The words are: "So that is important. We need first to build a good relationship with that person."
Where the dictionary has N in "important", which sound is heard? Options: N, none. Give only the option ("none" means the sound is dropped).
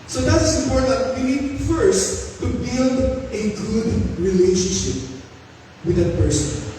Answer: none